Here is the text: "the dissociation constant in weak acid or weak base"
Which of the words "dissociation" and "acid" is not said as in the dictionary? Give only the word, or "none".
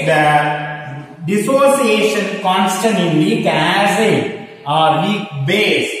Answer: acid